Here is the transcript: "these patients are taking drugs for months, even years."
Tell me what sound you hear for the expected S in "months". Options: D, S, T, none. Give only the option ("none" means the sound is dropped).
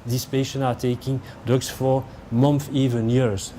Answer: none